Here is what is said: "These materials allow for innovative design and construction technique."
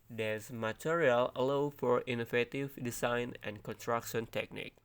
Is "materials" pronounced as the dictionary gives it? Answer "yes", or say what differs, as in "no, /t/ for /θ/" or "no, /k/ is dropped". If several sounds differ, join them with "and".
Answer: no, /z/ is dropped